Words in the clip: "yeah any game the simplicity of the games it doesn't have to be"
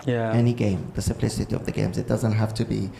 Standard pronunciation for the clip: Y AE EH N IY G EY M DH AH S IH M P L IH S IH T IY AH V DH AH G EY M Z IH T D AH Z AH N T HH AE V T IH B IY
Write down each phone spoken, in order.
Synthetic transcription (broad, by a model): Y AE EH N IY G EY M DH AH S IH M P L IH S IH T IY AH V DH AH G EY M Z IH T D AH Z AH N T HH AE F T IH B IY